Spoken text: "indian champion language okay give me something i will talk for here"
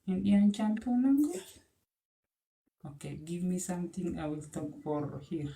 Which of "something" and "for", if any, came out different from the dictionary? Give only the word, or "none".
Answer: something